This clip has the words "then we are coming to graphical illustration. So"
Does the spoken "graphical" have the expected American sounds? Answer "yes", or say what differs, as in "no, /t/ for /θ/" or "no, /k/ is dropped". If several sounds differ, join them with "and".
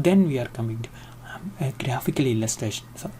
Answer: yes